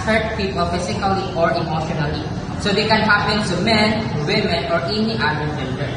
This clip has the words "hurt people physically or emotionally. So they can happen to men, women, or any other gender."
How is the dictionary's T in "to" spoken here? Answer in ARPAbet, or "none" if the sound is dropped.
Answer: S